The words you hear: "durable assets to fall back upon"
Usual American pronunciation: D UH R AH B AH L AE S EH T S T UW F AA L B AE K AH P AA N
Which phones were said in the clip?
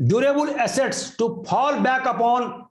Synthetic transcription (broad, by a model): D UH R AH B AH L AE S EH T S T UW P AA L B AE K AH P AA N